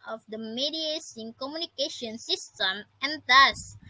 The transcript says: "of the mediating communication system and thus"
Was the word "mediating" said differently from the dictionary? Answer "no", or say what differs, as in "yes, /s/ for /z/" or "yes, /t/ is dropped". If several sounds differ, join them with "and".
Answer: yes, /s/ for /t/